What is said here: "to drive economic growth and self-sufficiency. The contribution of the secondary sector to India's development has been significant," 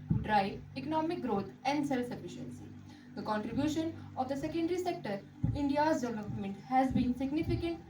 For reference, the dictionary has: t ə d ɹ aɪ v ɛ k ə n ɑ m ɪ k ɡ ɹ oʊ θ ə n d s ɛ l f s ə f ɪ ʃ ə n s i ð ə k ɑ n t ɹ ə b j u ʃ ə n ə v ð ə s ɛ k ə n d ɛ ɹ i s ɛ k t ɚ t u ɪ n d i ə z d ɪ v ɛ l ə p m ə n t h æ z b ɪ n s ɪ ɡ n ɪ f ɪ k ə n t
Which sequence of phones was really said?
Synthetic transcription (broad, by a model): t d ɹ aɪ ɛ k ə n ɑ m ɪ k ɡ ɹ oʊ t ə n d s ɛ l f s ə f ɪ ʃ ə n s i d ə k ɑ n t ɹ ə b j u ʃ ə n ə v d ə s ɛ k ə n d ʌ ɹ i s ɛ k t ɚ t u ɪ n d i ə z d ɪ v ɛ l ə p m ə n t h æ z b ɪ n s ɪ ɡ n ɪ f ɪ k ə n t